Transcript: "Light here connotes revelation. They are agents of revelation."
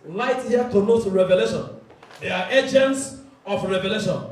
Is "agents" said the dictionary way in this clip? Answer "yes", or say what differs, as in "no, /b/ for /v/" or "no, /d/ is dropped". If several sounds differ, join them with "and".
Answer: yes